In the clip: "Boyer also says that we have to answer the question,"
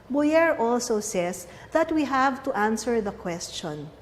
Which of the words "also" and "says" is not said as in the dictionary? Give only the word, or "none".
says